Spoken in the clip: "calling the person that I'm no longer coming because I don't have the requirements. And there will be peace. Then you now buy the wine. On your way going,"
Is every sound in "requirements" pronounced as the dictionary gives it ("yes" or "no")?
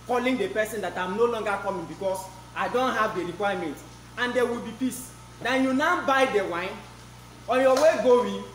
no